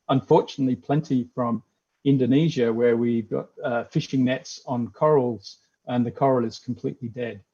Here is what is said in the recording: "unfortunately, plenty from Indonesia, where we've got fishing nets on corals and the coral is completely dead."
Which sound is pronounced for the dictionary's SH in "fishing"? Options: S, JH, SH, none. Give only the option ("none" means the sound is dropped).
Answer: SH